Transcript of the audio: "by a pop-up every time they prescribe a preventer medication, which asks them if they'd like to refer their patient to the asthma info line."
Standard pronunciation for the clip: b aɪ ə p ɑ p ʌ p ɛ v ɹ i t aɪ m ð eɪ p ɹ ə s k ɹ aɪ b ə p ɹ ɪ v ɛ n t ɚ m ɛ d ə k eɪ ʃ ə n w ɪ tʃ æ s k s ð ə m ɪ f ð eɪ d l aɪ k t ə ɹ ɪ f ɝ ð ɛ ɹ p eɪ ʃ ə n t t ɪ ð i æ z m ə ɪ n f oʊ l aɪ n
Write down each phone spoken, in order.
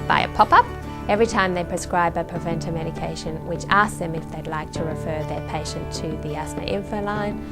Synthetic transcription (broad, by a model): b aɪ ə p ɑ p ʌ p ɛ v ɹ i t aɪ m ð eɪ p ɹ ə s k ɹ aɪ b ə p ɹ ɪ v ɛ n t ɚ m ɛ d ə k eɪ ʃ ə n w ɪ tʃ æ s s ð ə m ɪ f ð eɪ d l aɪ k t ə ɹ ɪ f ɝ ð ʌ ɹ p eɪ ʃ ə n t t ɪ ð i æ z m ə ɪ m f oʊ l aɪ n